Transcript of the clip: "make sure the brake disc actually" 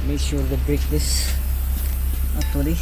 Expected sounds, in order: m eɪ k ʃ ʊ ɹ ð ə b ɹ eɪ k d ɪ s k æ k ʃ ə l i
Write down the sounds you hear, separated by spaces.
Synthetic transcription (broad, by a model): m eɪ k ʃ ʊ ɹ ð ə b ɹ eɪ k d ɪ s ɑ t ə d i